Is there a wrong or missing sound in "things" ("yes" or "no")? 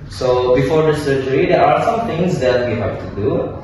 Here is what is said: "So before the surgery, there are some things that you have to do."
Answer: yes